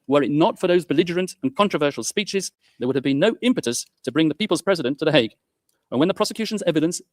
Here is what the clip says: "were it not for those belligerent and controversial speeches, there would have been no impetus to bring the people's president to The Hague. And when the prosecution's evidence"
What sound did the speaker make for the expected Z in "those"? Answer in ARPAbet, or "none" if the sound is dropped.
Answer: Z